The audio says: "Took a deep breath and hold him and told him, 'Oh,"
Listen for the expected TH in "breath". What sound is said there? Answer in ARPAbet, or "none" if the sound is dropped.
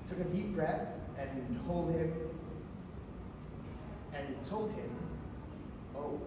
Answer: TH